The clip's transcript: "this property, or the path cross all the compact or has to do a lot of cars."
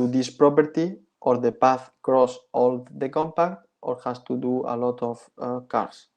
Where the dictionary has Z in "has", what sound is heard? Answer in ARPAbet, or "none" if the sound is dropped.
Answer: S